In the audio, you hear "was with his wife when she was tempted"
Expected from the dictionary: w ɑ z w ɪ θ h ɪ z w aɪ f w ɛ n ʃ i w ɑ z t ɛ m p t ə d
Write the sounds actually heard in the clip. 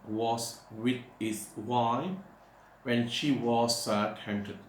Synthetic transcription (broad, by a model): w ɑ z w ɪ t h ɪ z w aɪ w ɛ n ʃ i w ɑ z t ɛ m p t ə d